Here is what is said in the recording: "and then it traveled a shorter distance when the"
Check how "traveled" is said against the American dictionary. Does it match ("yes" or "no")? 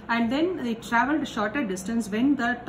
yes